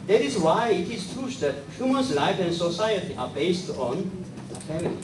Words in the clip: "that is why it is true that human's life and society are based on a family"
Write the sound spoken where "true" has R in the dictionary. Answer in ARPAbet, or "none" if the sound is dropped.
none